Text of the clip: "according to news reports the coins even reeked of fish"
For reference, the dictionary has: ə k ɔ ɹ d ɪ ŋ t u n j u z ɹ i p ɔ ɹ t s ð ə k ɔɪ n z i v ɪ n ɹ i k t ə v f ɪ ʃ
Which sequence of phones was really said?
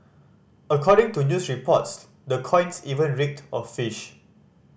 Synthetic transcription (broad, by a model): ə k ɔ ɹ d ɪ ŋ t u n j u s ɹ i p ɔ t s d ə k ɔɪ n s i v ɪ n ɹ i k t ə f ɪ ʃ